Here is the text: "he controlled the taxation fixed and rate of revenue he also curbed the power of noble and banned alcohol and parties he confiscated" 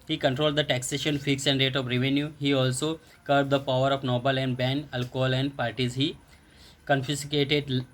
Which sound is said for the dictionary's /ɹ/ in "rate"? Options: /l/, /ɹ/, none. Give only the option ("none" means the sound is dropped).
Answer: /ɹ/